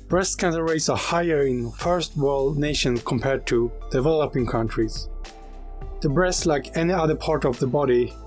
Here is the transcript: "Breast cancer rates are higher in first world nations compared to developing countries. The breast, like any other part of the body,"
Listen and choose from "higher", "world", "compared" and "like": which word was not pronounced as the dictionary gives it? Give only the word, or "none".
none